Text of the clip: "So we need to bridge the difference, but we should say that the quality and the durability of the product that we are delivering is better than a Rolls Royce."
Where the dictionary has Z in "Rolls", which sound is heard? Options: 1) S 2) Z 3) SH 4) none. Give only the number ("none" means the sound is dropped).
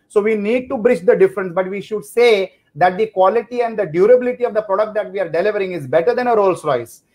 1